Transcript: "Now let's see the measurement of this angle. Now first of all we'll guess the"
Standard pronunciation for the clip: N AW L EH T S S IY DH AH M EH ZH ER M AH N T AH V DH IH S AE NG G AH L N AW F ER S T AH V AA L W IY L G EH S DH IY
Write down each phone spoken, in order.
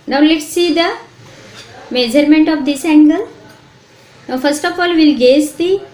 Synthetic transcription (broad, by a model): N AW L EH T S S IY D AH M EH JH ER M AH N T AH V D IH S AE NG G AH L N AW F ER S T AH F AA L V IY L G EH S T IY